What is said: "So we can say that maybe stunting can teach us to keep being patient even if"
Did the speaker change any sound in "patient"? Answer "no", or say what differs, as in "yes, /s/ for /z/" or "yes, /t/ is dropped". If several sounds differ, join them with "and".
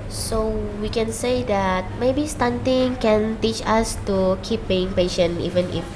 yes, /t/ is dropped